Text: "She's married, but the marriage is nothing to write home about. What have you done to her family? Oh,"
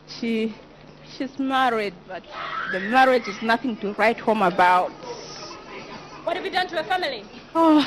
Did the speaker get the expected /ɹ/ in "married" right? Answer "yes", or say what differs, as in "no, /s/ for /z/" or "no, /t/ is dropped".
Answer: yes